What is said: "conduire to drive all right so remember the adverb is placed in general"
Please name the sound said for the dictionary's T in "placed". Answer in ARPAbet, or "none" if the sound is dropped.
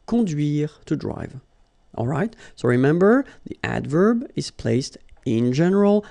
T